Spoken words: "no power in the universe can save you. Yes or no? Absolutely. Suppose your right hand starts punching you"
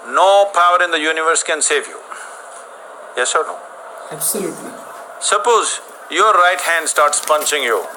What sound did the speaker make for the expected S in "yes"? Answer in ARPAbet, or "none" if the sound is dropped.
S